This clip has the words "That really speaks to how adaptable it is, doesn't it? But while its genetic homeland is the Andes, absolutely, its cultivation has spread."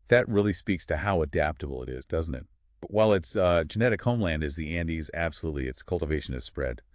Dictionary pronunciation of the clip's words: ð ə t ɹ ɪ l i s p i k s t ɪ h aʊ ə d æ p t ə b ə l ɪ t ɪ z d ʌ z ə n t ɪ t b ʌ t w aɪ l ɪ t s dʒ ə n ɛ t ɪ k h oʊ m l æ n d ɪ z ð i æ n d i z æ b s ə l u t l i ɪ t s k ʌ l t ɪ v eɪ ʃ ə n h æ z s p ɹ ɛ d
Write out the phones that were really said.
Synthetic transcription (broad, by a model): ð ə t ɹ ɪ l i s p i k s t ɪ h aʊ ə d æ p t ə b l ɪ t ɪ z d ʌ z n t ɪ t b ʌ t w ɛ l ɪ t s dʒ ə n ɛ t ɪ k h oʊ m l æ n d ɪ z ð i æ n d i z æ b s ə l u t l i ɪ t s k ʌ l t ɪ v eɪ ʃ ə n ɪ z s p ɹ ɛ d